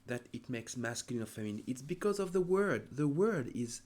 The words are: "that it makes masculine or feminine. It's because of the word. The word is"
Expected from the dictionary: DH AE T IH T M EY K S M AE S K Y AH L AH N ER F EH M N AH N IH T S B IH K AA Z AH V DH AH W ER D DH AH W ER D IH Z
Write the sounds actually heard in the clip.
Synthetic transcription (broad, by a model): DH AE T IH T M EY K S M AE S K Y AH L AH N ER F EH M AH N IH T S B IH K AA Z AH V DH AH W ER D DH AH W ER D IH Z